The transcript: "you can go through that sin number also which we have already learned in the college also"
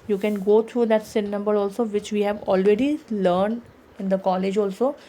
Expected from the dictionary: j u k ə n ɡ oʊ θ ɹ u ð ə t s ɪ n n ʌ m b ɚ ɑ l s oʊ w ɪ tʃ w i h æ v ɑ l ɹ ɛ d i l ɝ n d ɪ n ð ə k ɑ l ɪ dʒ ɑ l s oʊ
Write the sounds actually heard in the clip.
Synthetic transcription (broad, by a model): j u k ə n ɡ oʊ t ɹ u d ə t s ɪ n n ʌ m b ɚ ɑ l s oʊ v ɪ tʃ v i h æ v ɑ l ɹ ɛ d i l ɝ n d ɪ n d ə k ɑ l ɪ dʒ ɑ l s oʊ